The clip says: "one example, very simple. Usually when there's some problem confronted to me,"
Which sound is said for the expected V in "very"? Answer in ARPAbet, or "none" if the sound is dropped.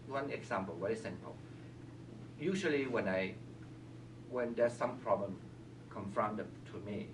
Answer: W